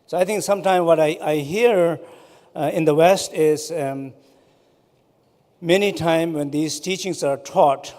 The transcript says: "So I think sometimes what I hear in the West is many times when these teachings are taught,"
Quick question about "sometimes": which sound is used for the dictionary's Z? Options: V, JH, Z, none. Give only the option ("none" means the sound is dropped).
none